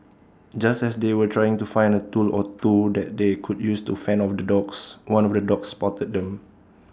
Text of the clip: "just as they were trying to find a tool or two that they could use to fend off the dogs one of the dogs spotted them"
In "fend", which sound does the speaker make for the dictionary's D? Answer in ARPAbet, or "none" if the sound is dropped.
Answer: none